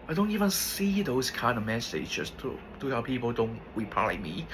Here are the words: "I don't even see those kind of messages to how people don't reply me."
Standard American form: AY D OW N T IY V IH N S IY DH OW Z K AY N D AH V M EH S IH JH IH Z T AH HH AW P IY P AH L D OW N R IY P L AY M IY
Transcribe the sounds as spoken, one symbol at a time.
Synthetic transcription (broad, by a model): AY D OW N T IY V IH N S IY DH OW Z K AY N D AH V M EH S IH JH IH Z T AH HH AW P IY P AH L D OW N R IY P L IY M IY